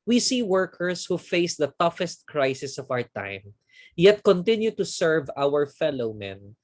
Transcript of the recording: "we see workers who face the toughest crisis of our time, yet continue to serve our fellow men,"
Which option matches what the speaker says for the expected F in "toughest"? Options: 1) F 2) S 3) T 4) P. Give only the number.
1